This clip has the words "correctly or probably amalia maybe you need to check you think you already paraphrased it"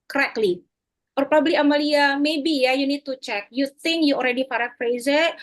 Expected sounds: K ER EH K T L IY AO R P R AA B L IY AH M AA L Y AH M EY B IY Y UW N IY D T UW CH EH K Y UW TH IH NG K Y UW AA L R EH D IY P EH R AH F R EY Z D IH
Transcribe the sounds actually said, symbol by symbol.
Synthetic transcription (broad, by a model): K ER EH K L IY AO R P R AA B L IY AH M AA L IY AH M EY B IY Y UW N IY D T UW CH EH K Y UW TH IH NG K Y UW AA L R EH D IY F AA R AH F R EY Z IH